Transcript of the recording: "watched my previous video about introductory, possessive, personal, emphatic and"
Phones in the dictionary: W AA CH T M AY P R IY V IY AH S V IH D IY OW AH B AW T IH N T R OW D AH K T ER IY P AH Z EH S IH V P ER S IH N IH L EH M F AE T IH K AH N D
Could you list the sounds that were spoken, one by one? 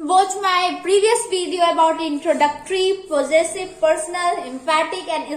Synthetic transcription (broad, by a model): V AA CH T M AY P R IY V IY AH S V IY D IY OW AH B AW T IH N T R OW D AH K T ER IY P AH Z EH S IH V P ER S IH N IH L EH M P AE T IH K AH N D